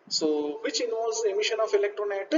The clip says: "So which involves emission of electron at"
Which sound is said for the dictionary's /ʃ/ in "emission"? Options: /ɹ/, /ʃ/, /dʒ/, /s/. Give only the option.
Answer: /ʃ/